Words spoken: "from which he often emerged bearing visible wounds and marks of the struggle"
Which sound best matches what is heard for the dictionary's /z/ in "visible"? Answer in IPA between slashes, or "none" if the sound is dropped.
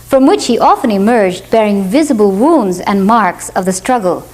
/z/